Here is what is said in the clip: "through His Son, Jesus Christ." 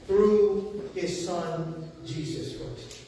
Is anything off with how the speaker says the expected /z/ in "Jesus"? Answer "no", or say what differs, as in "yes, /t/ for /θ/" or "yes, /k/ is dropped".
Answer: no